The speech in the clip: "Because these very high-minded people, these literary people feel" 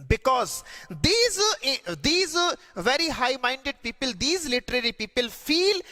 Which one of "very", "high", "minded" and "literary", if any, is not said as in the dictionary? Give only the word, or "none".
none